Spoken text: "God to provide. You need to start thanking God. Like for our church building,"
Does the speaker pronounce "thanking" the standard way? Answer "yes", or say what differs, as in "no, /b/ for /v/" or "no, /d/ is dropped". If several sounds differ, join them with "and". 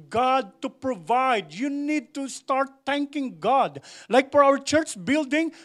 no, /t/ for /θ/